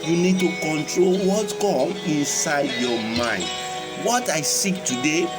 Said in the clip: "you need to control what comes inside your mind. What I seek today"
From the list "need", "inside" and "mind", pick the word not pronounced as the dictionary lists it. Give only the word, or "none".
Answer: none